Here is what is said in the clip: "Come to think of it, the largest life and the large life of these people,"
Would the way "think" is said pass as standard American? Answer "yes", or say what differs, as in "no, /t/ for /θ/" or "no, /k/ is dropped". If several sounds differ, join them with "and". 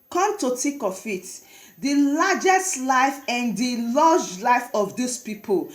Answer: no, /t/ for /θ/ and /ŋ/ is dropped